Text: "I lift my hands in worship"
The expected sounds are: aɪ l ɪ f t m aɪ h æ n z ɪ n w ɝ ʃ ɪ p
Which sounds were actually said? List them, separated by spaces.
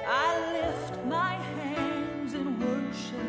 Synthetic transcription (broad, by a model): aɪ l ɪ f t m aɪ h æ n z ɪ n w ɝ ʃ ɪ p